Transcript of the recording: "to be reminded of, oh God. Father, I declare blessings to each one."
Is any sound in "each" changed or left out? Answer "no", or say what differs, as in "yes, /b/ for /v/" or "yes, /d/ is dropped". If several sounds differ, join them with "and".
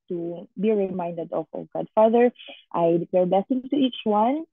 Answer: no